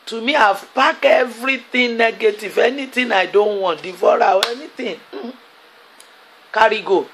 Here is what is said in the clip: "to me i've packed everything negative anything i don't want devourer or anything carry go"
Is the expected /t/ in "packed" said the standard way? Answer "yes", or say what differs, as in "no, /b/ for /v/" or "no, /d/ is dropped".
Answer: no, /t/ is dropped